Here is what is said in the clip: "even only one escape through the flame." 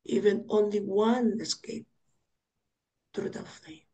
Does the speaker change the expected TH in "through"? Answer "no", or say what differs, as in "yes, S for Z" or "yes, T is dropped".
yes, T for TH